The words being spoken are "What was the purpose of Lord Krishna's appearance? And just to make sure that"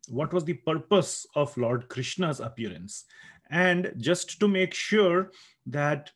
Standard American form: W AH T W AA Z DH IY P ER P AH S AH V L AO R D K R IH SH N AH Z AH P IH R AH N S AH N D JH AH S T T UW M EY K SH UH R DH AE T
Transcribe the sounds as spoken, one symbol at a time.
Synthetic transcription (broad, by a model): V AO T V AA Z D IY P ER P AH S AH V L AO R D K R IH SH N AH Z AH P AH R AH N S AH N D JH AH S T T UW M EY K SH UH R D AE T